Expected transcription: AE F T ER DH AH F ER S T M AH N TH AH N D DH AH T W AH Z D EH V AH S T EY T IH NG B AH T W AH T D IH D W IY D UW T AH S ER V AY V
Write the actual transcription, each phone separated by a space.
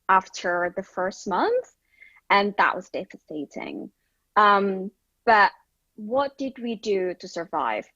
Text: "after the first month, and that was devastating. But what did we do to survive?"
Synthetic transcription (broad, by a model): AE F T ER DH AH F ER S T M AH N TH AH N DH AH T W AH Z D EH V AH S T EY T IH NG B AH T W AH T D IH D W IY D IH T AH S ER V AY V